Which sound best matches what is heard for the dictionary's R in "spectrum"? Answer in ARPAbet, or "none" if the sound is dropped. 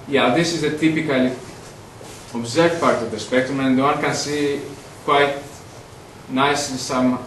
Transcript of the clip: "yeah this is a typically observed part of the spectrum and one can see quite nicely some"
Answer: none